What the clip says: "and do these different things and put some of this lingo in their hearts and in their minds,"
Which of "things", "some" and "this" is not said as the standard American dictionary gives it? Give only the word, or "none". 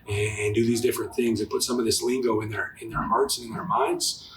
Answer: none